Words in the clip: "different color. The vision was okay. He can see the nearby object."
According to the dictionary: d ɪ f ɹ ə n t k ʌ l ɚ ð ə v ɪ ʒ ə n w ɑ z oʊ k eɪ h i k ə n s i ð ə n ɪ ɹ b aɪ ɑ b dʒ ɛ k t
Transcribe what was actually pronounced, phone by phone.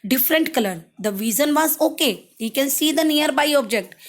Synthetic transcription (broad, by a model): d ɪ f ɹ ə n t k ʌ l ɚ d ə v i z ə n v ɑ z oʊ k eɪ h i k ə n s i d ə n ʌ ɹ b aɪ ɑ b dʒ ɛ k t